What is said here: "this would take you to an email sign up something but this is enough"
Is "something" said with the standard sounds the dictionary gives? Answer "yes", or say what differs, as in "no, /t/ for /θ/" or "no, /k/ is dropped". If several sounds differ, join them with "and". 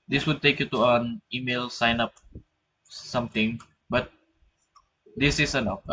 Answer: no, /t/ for /θ/